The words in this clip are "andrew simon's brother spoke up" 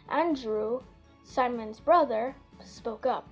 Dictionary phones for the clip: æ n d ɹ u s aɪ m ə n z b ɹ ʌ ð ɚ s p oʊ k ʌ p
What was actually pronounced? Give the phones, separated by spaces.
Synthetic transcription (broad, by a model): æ n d ɹ u s aɪ m ə n z b ɹ ʌ ð ɚ s p oʊ k ʌ p